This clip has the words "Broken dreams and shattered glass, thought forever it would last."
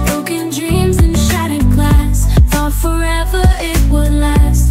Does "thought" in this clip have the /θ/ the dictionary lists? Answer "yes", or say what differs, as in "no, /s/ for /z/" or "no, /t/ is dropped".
no, /f/ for /θ/